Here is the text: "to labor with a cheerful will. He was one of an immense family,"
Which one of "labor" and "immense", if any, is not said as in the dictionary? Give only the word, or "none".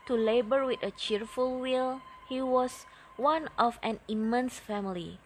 none